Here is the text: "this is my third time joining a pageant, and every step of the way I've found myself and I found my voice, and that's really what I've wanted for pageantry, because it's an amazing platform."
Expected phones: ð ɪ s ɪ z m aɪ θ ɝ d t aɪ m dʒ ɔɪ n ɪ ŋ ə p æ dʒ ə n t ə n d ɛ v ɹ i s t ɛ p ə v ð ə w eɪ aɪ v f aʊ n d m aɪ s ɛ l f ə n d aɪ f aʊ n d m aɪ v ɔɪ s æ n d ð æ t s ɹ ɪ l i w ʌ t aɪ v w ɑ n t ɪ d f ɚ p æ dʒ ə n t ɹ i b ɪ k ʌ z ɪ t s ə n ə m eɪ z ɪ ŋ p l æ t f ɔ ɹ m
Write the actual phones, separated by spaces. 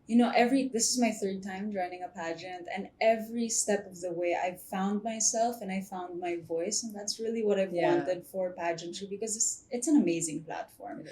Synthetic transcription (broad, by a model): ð ɪ s ɪ z m aɪ θ ɝ d t aɪ m dʒ ɔɪ n ɪ ŋ ə p æ dʒ ə n t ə n ɛ v ɹ i s t ɛ p ə v ð ə w eɪ aɪ v f aʊ n d m aɪ s ɛ l f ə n aɪ f aʊ n d m aɪ v ɔɪ s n ð æ t s ɹ ɪ l i w ʌ t aɪ v w ɑ n t ɪ d f ɚ p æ dʒ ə n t i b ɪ k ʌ z ɪ t s ə n ə m eɪ z ɪ ŋ p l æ t f ɔ ɹ m